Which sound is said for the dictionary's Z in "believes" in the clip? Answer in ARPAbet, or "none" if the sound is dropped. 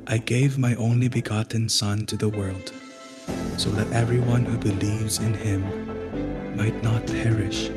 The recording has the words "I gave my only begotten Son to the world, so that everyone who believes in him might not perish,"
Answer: Z